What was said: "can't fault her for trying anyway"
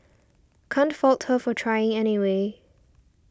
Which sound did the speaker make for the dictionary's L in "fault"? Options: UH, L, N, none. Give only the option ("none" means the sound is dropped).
L